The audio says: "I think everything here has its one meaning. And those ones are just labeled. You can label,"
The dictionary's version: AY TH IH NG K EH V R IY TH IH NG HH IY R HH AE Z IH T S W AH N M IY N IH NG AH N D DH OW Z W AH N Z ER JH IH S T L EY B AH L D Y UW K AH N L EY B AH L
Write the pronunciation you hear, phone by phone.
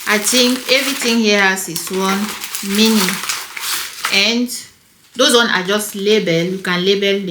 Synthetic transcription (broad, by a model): AY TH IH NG K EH V R IY T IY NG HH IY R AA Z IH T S W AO N M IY N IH AH N D OW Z W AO N AA JH IH S T L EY B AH L Y UW K AH N L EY B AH L